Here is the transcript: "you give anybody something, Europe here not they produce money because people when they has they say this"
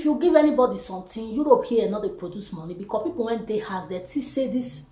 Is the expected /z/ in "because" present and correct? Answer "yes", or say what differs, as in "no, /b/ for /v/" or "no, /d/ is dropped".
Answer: no, /s/ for /z/